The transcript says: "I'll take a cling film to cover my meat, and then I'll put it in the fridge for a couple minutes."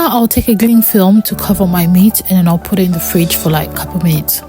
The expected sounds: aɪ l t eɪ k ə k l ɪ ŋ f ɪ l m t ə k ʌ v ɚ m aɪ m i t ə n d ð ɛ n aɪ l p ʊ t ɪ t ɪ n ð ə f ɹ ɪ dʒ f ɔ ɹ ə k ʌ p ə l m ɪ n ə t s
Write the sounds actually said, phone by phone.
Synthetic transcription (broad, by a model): aɪ l t eɪ k ə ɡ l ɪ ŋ f ɪ l m t ə k ʌ v ɚ m aɪ m i t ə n ð ɛ n aɪ l p ʊ t ɪ t ɪ n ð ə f ɹ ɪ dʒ f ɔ l ə k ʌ p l m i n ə t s